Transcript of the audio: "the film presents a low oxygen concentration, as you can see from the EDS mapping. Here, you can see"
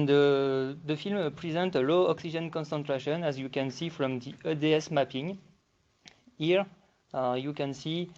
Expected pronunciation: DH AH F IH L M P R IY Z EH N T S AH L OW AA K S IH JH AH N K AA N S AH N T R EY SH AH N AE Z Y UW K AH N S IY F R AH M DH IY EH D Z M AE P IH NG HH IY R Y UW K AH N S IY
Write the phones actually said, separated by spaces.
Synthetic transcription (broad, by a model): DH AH F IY L M P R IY Z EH N T AH L OW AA K S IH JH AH N K AA N S AH N T R EY SH AH N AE Z Y UW K AH N S IY F R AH M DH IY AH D S M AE P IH NG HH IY R Y UW K AH N S IY